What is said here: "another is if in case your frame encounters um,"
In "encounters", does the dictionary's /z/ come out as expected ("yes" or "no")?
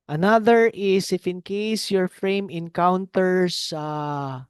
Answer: no